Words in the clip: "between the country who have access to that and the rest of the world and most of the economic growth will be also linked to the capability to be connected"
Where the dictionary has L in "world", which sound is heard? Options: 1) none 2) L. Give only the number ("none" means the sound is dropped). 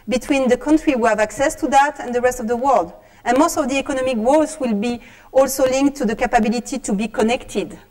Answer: 2